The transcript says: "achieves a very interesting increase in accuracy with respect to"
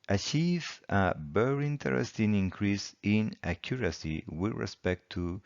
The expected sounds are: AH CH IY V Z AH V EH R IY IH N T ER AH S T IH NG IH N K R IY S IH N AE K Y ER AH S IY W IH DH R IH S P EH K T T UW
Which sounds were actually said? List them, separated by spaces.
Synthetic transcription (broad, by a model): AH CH IY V AH B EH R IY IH N T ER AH S T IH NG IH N K R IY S IH N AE K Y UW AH S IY W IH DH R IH S P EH K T T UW